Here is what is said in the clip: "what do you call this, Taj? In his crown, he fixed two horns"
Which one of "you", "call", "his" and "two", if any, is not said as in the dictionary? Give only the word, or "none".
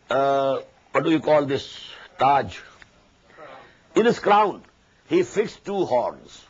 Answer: his